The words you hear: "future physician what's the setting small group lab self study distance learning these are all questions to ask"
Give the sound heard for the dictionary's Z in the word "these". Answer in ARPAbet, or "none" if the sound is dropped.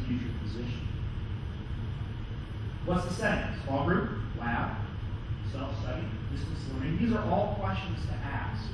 Z